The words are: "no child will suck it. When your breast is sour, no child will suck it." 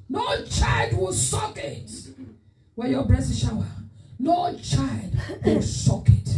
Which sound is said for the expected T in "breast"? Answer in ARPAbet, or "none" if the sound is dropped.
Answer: none